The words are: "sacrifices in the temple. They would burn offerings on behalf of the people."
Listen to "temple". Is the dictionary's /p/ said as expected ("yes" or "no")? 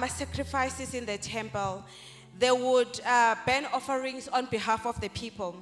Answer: yes